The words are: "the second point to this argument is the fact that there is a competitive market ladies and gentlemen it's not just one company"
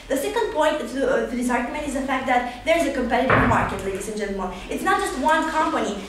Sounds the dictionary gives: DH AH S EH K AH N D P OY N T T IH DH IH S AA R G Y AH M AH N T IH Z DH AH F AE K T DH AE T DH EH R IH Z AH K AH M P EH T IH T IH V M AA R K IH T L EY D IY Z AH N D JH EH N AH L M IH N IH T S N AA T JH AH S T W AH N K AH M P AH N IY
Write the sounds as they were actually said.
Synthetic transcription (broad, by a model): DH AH S EH K AH N D P OY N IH T IH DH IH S AA R G Y AH M AH N T IH Z DH AH F AE K T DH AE T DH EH R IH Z AH K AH M P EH T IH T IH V M AA R K IH T L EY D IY S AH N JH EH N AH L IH L IH T S N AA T JH AH S T W AH N K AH M P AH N IY